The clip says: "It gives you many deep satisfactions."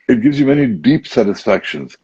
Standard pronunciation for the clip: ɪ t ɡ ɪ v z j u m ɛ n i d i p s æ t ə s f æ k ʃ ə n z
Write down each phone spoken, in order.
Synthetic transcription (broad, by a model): ɪ t ɡ ɪ v z j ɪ m ɛ n i d i p s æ t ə s f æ k ʃ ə n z